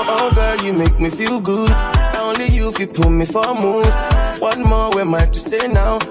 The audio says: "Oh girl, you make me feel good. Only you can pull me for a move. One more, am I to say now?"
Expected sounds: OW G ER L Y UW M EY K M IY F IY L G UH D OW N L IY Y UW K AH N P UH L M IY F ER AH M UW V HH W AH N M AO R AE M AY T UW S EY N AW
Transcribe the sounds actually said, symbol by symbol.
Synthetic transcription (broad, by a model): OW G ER Y UW M EY K M IY F IY L G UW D OW N L IY Y UW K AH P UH M IY F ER AH M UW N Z W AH N M AO W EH M AY T UW S EY N AW